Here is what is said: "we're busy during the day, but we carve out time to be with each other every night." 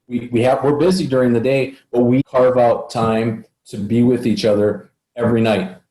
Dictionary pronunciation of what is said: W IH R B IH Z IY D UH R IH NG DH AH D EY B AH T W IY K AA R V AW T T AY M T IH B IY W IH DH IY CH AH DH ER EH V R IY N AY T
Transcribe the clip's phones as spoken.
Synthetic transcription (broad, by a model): W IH R B IH Z IY D UH R IH NG DH AH D EY B AH T W IY K AA R V AW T T AY M T IH B IY W IH DH IY CH AH DH ER EH V R IY N AY T